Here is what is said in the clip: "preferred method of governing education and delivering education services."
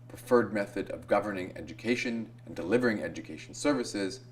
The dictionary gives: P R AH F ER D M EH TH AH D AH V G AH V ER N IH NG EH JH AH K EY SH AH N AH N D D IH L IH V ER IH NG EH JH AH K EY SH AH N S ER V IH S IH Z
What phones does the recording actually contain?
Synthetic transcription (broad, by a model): P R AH F ER D M EH TH AH D AH V G AH V ER N IH NG EH JH AH K EY SH AH N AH N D D IH L IH V ER IH NG EH JH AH K EY SH N S ER V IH S IH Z